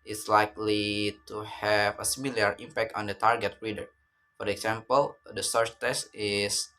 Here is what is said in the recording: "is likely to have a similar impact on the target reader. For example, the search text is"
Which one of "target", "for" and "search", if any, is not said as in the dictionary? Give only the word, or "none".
search